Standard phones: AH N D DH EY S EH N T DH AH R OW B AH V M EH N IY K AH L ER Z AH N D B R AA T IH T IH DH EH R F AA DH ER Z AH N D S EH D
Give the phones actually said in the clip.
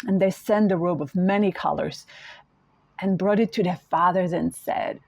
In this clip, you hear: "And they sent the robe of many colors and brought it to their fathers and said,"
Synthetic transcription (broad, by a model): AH N DH EY S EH N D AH R OW B AH V M EH N IY K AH L ER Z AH N B R AA T IH T IH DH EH R F AA DH ER Z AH N S EH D